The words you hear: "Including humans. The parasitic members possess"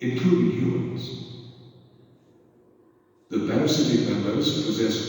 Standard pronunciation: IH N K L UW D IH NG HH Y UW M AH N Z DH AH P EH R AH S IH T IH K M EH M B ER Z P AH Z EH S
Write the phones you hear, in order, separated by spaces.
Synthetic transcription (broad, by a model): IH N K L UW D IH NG HH Y UW M AH N Z DH AH B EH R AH S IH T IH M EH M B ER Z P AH Z EH S